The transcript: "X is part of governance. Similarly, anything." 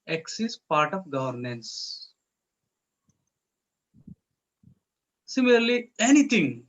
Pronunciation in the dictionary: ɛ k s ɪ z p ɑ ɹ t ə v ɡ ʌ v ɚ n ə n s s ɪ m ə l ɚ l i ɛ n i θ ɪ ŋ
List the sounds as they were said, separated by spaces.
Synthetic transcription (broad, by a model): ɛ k s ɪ s p ɑ ɹ t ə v ɡ ʌ v ɚ n ə n s s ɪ m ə l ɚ l i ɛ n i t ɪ ŋ